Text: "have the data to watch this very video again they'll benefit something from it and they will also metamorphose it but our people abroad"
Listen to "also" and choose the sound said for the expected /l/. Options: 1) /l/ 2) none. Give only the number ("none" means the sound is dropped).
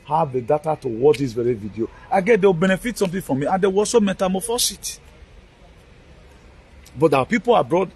2